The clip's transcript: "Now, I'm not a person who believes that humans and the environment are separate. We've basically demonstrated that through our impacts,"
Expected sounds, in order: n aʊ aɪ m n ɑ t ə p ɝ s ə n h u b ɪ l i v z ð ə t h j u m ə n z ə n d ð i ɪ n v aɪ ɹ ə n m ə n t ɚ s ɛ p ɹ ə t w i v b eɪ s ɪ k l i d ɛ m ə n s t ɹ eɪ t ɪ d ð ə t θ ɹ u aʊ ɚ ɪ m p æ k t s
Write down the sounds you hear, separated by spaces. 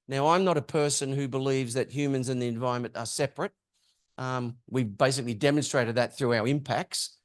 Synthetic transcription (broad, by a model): n aʊ aɪ m n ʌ t ə p ɝ s ə n h u b ɪ l i v z ð ə t h j u m ə n z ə n ð i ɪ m v aɪ ɹ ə m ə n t ɚ s ɛ p ɹ ə t w i v b eɪ s ɪ k l i d ɛ m ə n s t ɹ eɪ t ɪ d ð ə t θ ɹ u aʊ ɚ ɪ m p æ k t s